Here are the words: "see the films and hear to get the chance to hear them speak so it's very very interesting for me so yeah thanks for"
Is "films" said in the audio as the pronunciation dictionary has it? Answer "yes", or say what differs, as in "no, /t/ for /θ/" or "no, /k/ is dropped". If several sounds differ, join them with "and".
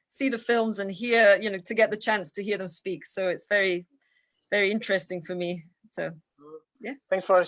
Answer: yes